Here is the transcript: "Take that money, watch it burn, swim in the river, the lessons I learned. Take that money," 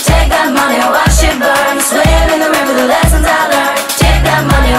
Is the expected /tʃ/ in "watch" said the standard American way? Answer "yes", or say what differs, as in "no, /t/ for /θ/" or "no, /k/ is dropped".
no, /ʃ/ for /tʃ/